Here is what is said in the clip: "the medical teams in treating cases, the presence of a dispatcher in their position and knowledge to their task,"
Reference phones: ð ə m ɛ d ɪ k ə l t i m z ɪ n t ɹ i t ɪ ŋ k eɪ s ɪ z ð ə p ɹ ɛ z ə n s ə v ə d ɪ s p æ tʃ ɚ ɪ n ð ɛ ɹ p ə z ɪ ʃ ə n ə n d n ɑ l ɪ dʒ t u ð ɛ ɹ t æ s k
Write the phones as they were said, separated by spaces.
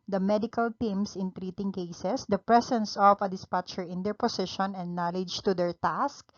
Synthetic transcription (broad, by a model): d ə m ɛ d ɪ k ə l t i m s ɪ n t ɹ i t ɪ ŋ k eɪ s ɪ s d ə p ɹ ɛ s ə n s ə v ə d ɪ s p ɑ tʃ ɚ ɪ n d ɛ ɹ p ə s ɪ ʃ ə n ə n d n ɑ l ɪ dʒ t u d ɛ ɹ t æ s k